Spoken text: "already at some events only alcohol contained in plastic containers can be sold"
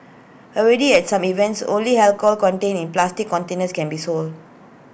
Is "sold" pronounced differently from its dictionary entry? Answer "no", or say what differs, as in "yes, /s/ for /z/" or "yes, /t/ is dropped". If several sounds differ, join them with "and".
no